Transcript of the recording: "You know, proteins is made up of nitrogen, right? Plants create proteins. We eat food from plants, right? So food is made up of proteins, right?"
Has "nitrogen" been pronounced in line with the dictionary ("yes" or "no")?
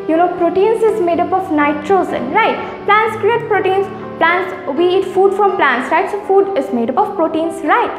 no